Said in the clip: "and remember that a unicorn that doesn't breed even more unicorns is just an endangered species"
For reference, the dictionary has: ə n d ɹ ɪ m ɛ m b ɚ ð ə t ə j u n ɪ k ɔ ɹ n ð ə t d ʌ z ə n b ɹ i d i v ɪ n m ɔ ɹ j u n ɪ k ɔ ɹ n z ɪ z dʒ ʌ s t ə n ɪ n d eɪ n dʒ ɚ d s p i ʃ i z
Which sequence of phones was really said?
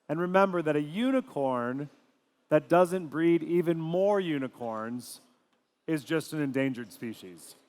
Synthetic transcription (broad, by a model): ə n ɹ ɪ m ɛ m b ɚ ð ə t ə j u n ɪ k ɔ ɹ n ð ə t d ʌ z ə n b ɹ i d i v ɪ n m ɔ ɹ j u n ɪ k ɔ ɹ n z ɪ z dʒ ʌ s t ə n ɪ n d eɪ n dʒ ɚ d s p i ʃ i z